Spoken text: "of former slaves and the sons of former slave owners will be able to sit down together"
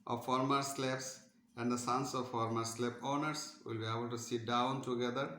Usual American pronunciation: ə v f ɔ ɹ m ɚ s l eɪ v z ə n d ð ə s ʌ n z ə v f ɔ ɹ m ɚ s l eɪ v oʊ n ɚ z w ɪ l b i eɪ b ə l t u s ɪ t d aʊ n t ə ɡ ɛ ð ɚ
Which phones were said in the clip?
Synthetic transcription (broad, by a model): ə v f ɔ ɹ m ɚ s l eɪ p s ə n d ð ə s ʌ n s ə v f ɔ ɹ m ɚ s l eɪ p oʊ n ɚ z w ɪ l b i eɪ b ə l t u s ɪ t d aʊ n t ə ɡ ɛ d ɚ